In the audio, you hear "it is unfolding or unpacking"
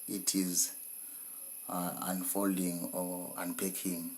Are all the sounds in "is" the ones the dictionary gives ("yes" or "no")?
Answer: yes